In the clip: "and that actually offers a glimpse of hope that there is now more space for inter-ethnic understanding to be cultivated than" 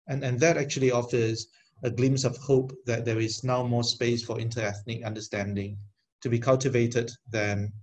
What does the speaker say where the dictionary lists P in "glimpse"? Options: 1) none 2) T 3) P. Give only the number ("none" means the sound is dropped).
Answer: 1